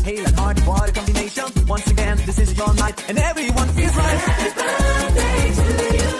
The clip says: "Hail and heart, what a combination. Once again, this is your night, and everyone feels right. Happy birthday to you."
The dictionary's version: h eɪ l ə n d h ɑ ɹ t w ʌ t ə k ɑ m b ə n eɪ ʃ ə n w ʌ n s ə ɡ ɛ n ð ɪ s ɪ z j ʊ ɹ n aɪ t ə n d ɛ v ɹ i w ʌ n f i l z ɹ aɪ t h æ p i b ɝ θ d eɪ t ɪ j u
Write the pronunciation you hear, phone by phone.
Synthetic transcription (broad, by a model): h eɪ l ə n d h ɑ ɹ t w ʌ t ə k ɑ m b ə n eɪ ʃ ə n w ʌ n s ə ɡ ɛ n ð ɪ s ɪ z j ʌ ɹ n aɪ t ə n ɛ v ɹ i w ʌ n f i l z ɹ aɪ t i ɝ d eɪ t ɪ